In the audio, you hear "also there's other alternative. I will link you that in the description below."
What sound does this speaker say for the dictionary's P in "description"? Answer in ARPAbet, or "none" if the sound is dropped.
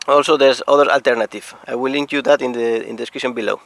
none